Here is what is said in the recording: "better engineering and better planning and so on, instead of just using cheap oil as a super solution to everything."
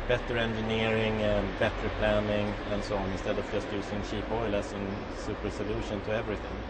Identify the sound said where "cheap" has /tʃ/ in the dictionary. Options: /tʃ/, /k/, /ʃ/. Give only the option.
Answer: /ʃ/